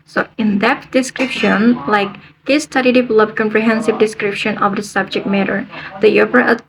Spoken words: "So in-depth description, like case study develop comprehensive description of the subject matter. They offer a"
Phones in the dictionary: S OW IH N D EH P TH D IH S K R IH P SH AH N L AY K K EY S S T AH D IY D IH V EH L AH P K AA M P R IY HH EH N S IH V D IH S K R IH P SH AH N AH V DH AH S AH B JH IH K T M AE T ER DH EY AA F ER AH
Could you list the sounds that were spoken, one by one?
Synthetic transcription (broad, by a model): S OW IH N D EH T D IH S K R IH P SH AH N L AY K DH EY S S T AH D IY D IH V EH L AH P K AA M P R IY HH EH N S IH V D IH S K R IH P SH AH N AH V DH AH S AH B JH IH K T M AE T ER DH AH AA P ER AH